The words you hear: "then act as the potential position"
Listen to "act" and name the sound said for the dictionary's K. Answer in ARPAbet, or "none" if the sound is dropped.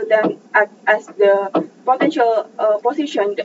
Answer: none